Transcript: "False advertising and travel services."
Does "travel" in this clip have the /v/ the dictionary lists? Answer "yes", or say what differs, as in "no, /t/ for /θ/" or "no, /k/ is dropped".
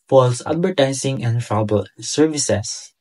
no, /b/ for /v/